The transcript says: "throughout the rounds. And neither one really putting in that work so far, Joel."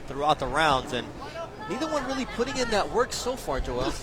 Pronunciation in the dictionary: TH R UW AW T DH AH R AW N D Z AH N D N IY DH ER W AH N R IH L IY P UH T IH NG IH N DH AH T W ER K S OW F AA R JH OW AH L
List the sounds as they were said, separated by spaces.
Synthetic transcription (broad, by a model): TH R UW AW T DH AH R AW N D Z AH N N IY DH ER W AH N R IH L IY P UH T IH NG IH N DH AH T W ER K S OW F AA R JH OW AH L